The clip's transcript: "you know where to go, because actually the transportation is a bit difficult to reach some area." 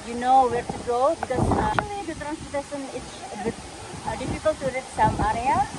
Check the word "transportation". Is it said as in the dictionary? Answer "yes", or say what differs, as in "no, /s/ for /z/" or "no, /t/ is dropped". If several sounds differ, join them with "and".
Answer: no, /p/ is dropped and /s/ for /ʃ/